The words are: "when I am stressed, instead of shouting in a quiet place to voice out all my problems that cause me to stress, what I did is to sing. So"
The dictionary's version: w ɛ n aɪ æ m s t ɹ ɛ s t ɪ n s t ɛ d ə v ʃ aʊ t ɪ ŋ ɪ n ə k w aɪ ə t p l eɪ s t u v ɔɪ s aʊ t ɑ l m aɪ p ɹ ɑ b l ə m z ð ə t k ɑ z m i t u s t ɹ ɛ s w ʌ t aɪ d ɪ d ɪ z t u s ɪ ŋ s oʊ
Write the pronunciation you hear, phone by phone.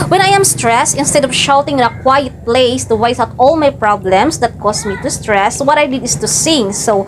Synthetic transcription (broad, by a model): w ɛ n aɪ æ m s t ɹ ɛ s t ɪ n s t ɛ d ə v ʃ aʊ t ɪ ŋ ɪ n ə k w aɪ ə t p l eɪ s t u w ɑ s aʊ t ɑ l m aɪ p ɹ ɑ b l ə m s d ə t k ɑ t m i t u s t ɹ ɛ s w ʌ t aɪ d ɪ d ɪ s t u s ɪ ŋ s oʊ